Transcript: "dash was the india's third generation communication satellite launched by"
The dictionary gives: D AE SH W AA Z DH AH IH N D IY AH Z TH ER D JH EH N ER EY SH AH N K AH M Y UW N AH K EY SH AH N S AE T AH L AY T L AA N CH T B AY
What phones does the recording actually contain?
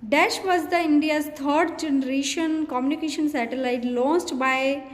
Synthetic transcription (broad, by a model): D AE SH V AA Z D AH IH N D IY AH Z T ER D JH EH N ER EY SH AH N K AH M Y UW N AH K EY SH AH N S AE T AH L AY T L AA N S T B AY